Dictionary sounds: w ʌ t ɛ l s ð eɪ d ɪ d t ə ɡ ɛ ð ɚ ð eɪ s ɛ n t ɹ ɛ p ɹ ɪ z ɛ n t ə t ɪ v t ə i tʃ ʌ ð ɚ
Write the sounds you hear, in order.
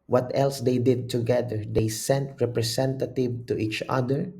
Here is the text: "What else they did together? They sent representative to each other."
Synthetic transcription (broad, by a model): w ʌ t ɛ l s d eɪ d ɪ d t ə ɡ ɛ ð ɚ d eɪ s ɛ n t ɹ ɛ p ɹ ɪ s ɛ n t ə t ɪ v t ə i tʃ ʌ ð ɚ